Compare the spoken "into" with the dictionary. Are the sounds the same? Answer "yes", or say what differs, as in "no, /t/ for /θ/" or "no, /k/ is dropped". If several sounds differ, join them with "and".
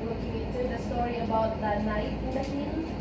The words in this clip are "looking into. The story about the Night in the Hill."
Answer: no, /n/ is dropped